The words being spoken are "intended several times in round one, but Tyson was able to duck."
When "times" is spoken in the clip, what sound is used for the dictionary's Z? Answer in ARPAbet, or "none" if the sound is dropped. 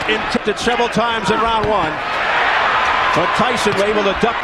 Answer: Z